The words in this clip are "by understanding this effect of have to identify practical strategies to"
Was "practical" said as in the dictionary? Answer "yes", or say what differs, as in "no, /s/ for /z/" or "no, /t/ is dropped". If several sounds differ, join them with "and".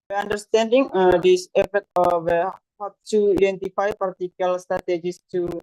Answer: no, /ɹ/ is dropped